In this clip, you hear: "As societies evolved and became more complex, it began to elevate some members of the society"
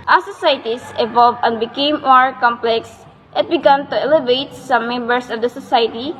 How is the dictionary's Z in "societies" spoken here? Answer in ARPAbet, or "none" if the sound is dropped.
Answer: S